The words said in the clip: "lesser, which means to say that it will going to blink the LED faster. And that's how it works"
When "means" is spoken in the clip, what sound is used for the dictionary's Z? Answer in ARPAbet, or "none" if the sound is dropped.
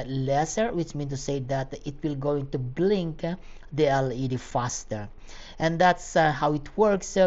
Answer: none